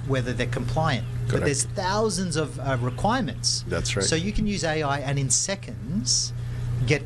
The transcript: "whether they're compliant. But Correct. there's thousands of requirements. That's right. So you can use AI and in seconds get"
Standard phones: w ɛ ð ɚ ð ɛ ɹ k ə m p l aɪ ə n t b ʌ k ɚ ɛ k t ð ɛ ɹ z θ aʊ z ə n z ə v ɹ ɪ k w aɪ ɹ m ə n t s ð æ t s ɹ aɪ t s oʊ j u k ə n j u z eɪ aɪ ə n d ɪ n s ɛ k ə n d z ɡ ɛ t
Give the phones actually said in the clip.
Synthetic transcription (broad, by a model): w ɛ ð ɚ ð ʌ ɹ k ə m p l aɪ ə n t b ʌ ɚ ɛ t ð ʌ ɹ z θ aʊ z ə n z ə v ɹ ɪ k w aɪ ɹ m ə n t s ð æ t s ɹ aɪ s oʊ j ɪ k ə n j u z eɪ aɪ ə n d ɪ n s ɛ k ə n d z ɡ ɛ t